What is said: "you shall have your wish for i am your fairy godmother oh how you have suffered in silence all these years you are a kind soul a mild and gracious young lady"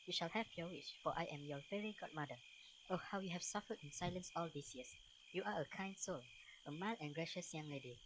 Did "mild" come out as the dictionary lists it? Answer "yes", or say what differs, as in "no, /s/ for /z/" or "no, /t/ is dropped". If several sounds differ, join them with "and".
no, /d/ is dropped